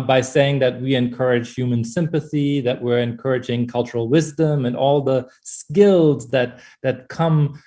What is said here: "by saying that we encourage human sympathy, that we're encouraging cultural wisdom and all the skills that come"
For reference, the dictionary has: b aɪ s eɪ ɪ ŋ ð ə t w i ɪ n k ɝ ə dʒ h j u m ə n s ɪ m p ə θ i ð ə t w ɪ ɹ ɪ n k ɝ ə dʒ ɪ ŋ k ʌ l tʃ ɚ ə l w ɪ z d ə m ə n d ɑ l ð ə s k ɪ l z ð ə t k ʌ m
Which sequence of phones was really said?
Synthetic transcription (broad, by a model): b aɪ s eɪ ɪ ŋ ð ə t w i ɪ n k ɝ ə dʒ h j u m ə n s ɪ m p ə θ i ð ə t w ɪ ɹ ɪ n k ɝ ə dʒ ɪ ŋ k ʌ l tʃ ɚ l w ɪ z d ə m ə n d ɑ l ð ə s k ɪ l z ð ə t k ʌ m